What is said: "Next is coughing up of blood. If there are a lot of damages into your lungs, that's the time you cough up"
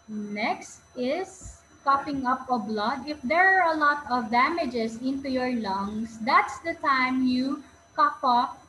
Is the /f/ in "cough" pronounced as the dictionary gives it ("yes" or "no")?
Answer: no